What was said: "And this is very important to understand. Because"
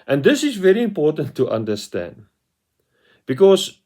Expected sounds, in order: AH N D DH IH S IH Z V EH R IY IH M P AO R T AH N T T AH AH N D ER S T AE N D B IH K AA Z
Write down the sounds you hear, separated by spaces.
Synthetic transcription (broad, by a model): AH N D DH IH S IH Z V EH R IY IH M P AO T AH N T T AH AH N D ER S T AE N D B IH K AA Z